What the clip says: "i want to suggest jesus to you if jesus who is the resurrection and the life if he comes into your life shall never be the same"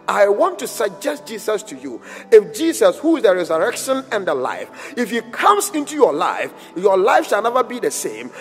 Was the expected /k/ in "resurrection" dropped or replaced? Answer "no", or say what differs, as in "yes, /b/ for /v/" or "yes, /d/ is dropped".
no